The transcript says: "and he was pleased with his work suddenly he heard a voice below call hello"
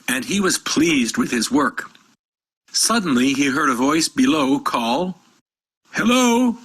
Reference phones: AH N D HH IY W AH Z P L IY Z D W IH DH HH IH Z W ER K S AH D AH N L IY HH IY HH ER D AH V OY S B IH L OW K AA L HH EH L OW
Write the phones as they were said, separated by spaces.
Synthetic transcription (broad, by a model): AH N IY W AH Z P L IY Z D W IH DH IH Z W ER K S AH D N L IY IY HH ER D AH V OY S B IH L OW K AA L HH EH L OW